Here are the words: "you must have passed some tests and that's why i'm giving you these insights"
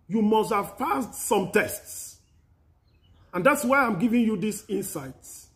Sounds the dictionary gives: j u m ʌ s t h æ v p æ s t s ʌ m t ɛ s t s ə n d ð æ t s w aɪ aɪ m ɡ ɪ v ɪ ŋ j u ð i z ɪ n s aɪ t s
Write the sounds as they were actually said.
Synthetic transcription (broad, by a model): j u m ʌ s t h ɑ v f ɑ s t s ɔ m t ɛ s t s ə n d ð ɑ t s w aɪ aɪ m ɡ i v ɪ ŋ j u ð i s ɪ n s aɪ t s